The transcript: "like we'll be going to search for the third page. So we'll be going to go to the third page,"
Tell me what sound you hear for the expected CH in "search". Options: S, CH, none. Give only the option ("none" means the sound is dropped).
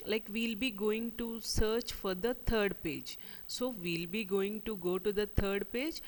CH